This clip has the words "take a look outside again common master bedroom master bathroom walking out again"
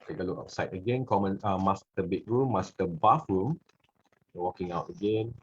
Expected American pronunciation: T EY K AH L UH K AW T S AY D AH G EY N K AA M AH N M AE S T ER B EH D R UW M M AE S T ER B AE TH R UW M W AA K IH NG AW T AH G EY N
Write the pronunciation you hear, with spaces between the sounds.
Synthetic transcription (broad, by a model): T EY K AH L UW K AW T S AY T AH G EY N K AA M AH N M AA S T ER B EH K R UW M M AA S T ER B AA F R UW M W AA K IH NG AW T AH G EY N